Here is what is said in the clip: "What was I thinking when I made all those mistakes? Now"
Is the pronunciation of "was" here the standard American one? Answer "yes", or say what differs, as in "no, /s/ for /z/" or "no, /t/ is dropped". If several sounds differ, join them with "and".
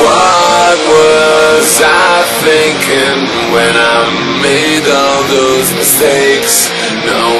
yes